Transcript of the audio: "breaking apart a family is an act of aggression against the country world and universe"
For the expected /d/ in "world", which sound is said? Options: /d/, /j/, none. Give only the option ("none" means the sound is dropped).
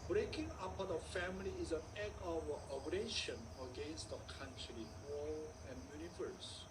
none